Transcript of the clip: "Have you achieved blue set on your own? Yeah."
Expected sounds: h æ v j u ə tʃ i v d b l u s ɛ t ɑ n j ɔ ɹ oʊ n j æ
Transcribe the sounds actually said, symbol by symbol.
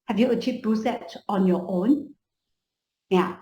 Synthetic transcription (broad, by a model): h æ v j u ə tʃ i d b u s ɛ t ɑ n j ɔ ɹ oʊ n j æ